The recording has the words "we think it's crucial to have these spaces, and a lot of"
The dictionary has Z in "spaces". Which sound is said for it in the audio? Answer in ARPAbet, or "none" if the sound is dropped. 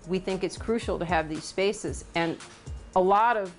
Z